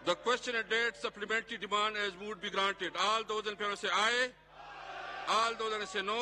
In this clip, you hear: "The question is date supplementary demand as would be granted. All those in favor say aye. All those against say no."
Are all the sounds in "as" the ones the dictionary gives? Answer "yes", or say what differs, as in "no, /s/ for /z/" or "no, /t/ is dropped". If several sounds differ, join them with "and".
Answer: yes